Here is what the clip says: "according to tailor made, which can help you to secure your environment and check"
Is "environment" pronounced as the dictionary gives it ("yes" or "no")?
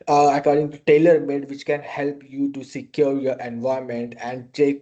no